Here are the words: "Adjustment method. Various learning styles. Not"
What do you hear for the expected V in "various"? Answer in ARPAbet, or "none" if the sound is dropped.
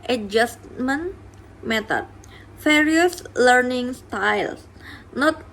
F